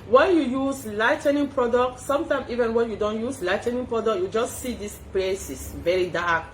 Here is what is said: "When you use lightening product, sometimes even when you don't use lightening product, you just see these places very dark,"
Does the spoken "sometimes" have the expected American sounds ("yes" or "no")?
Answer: no